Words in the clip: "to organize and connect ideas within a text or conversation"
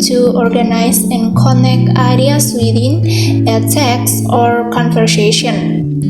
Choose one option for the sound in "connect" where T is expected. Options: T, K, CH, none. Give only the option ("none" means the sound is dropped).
none